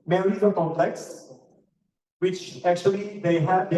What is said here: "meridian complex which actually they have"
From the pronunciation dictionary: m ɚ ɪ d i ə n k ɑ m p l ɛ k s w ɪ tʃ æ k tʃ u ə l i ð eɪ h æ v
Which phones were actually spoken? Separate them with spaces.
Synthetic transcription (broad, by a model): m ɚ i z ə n k ɑ m p l ɛ k s w ɪ tʃ æ k tʃ u ə l i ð eɪ h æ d